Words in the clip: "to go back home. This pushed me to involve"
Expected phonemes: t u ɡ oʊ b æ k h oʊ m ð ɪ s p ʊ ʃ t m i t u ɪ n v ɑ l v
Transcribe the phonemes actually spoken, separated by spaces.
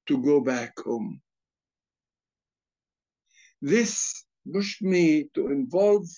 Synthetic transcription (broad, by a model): t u ɡ oʊ b æ k h oʊ m ð ɪ s b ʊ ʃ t m i t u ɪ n v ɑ l v